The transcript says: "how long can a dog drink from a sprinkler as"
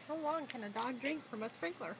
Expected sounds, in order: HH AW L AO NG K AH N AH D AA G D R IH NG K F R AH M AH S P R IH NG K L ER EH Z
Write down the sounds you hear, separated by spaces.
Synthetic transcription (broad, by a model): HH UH W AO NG K AH N AH D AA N D R IH NG K F R AH M AH S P R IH NG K L ER